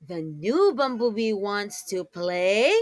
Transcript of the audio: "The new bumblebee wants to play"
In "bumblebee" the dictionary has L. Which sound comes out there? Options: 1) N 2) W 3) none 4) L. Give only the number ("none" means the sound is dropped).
3